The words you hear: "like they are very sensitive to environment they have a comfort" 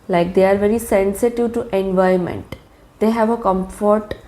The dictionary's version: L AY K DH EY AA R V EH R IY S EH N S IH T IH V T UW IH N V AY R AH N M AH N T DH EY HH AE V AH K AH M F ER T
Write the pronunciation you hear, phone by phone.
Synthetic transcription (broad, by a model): L AY K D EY AA R V EH R IY S EH N S IH T IH V T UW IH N V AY AH M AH N T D EY HH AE V AH K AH M F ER T